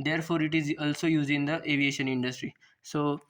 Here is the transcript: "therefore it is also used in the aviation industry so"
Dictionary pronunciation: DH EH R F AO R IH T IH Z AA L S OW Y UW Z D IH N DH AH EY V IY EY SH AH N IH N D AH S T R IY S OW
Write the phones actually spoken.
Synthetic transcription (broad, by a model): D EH R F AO R IH T IH Z AA L S OW Y UW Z IH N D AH EY V IY EY SH AH N IH N D AH S T R IY S OW